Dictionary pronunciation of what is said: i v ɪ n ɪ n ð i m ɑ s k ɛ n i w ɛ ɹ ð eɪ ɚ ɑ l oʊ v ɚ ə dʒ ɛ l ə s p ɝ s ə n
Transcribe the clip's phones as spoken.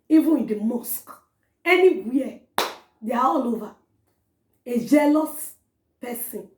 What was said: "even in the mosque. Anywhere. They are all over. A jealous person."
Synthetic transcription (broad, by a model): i v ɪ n ɪ n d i m ɑ s k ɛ n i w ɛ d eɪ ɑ ɑ l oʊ v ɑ ə dʒ ɛ l ə s p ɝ s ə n